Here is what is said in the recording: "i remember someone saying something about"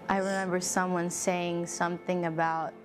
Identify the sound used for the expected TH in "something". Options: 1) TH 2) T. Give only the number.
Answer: 1